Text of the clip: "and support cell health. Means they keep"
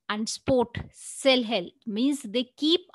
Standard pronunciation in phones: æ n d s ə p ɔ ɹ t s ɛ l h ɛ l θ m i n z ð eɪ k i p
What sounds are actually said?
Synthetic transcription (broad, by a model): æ n d s p ɔ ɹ t s ɛ l h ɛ l m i n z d eɪ k i p